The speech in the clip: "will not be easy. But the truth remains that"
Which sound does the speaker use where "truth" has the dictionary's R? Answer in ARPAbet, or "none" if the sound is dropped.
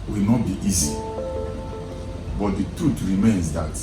none